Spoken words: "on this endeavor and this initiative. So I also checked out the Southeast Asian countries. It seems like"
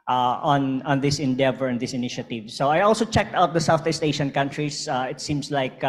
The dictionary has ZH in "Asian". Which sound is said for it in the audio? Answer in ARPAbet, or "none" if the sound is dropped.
SH